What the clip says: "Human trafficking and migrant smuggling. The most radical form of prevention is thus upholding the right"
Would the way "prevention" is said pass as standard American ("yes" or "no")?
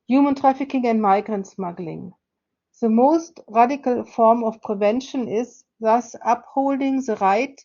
yes